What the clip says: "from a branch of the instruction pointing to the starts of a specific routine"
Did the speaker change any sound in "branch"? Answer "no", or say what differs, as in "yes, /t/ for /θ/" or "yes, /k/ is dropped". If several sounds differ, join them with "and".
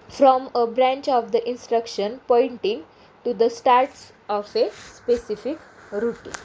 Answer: no